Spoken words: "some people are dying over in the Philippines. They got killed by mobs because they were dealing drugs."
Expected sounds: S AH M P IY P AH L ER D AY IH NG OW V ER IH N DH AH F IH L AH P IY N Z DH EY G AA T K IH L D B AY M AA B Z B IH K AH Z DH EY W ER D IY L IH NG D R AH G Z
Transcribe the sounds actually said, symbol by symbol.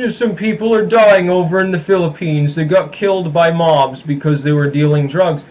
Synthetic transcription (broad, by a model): S AH M P IY P L ER D AY IH NG OW V ER IH N DH AH F IH L AH P IY N Z DH EY G AA T K IH L D B AY M AA B Z B IH K AH Z DH EY W ER D IY L IH NG D R AH G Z